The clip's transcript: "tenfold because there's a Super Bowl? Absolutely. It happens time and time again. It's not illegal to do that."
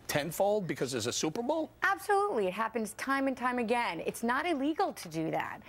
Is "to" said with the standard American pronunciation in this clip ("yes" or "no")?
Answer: yes